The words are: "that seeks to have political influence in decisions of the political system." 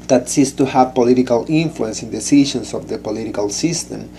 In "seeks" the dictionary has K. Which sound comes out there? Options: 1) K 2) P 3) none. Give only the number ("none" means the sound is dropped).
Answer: 3